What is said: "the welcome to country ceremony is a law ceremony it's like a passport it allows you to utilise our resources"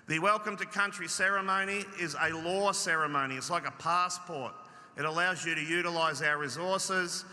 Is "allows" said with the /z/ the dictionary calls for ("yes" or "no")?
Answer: yes